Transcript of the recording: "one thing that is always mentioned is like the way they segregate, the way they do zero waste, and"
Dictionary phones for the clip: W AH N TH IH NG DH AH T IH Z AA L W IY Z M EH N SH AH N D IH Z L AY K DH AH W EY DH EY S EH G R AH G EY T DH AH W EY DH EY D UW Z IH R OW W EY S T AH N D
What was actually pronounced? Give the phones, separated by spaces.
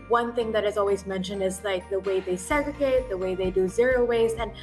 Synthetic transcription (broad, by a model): W AH N TH IH NG DH AH T IH Z AA L W IY Z M EH N SH AH N D IH Z L AY K DH AH W EY DH EY S EH G R AH G EY T DH AH W EY DH EY D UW Z IH R OW W EY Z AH N